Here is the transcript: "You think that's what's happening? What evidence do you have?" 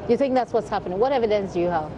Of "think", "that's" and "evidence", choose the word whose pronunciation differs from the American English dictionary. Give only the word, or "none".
none